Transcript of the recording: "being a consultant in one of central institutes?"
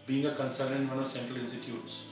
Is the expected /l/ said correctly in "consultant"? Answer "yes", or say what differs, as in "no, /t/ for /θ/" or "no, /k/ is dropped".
no, /l/ is dropped